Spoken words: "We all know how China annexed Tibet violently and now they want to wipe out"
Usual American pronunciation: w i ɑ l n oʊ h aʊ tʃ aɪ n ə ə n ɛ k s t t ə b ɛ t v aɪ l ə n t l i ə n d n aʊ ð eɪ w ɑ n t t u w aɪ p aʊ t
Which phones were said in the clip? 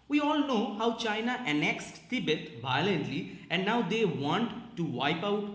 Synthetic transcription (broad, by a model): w i ɑ l n oʊ h aʊ tʃ aɪ n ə ə n ɛ k s t t ə b ɛ t v aɪ l ə n t l i ə n d n aʊ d eɪ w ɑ n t t u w aɪ p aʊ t